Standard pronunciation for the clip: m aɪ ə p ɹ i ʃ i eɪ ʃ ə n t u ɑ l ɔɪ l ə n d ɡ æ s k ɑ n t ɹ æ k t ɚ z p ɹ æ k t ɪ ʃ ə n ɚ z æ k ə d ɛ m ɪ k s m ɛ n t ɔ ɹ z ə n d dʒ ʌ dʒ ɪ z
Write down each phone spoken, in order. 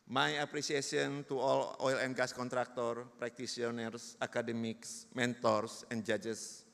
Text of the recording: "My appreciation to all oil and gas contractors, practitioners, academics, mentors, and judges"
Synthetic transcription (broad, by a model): m aɪ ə p ɹ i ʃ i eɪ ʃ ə n t u ɑ l ɔɪ l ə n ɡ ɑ s k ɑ n t ɹ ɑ k t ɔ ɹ p ɹ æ k t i s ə n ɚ s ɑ k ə d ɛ m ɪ k s m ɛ n t ɔ ɹ s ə n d dʒ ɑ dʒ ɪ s